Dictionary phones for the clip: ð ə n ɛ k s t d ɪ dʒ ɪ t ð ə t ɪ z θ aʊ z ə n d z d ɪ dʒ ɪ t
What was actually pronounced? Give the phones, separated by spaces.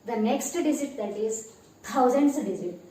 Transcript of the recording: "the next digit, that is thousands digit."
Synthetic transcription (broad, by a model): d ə n ɛ k s t d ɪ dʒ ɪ t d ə t ɪ z t aʊ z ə n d s d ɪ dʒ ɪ t